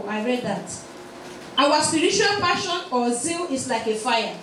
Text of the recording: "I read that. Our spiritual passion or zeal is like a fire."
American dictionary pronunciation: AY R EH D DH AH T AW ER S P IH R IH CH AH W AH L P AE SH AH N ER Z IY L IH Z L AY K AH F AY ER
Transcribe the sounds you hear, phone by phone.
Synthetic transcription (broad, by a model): AY R EH D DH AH T AW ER S P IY R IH CH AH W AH L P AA SH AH N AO Z IY L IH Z L AY K AH F AY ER